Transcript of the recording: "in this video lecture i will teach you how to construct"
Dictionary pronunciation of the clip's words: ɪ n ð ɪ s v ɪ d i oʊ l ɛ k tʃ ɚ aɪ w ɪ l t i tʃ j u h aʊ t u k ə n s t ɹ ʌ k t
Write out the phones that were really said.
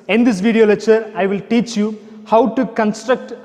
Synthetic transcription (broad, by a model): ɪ n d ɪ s v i d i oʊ l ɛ tʃ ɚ aɪ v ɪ l t i tʃ j u h aʊ t u k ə n s t ɹ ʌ k t